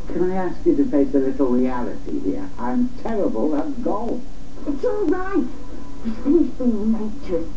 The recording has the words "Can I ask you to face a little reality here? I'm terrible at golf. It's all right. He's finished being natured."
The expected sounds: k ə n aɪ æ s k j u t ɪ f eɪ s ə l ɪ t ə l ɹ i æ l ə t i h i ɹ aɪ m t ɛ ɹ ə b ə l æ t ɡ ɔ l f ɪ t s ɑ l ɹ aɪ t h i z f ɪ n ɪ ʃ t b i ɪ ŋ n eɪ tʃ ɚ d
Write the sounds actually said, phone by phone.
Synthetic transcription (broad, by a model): k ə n aɪ æ s k j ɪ t ɪ p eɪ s ə l ɪ t l ɹ i æ l ə t i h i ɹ aɪ m t ɛ ɹ ə b ə l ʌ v ɡ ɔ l ɪ t s ɑ l ɹ aɪ t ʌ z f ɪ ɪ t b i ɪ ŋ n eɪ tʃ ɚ